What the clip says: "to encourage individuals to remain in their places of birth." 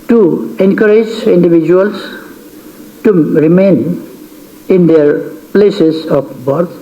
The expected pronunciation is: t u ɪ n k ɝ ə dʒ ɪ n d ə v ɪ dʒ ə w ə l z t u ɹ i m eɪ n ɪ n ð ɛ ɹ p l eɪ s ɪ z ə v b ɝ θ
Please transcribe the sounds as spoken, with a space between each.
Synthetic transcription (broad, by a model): t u ɪ n k ɝ ə dʒ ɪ n d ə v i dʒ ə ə l s t u ɹ i m eɪ n ɪ n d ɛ ɹ p l eɪ s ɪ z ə p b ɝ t